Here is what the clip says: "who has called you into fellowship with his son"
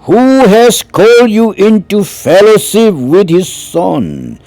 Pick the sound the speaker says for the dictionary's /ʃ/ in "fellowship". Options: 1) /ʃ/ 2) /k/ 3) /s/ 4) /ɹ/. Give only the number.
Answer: 3